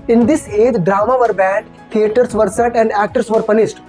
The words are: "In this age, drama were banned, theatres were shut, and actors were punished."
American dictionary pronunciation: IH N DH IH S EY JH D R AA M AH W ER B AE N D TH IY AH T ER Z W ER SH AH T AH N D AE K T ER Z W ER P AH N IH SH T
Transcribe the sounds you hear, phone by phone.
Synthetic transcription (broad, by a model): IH N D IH S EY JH D R AA M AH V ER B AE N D T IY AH T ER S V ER S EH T AH N D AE K T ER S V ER P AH N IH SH T